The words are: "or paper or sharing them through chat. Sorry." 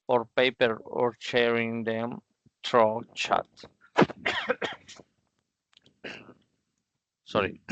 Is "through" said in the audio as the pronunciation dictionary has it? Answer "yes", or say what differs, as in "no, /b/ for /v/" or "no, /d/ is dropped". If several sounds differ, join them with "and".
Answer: no, /t/ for /θ/